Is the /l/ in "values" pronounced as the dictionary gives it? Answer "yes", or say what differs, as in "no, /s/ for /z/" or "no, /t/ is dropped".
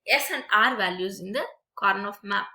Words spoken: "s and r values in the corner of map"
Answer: yes